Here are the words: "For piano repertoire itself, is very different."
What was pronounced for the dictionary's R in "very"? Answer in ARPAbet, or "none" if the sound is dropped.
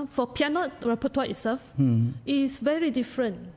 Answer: R